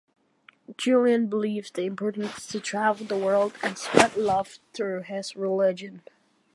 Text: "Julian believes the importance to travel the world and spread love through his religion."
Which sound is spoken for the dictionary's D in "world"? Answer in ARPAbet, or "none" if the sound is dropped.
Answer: D